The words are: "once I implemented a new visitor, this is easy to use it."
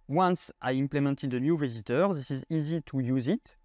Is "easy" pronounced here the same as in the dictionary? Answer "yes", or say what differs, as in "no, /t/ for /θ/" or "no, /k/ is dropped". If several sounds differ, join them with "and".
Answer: yes